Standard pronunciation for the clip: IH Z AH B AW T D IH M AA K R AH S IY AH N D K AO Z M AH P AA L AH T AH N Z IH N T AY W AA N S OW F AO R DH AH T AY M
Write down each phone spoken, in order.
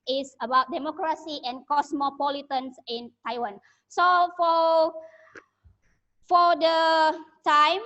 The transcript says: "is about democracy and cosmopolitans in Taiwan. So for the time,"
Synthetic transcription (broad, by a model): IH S AH B AW T D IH M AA K R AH S IY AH N K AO S M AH P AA L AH T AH N S IH N T AY W AA N S OW F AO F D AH T AY M